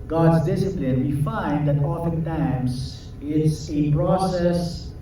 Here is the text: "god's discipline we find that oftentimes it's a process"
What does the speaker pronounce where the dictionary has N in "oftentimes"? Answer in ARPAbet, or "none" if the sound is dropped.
none